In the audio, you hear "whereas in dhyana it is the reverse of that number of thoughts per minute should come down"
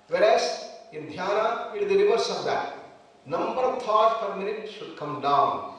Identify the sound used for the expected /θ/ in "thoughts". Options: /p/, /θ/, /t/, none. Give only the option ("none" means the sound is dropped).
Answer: /t/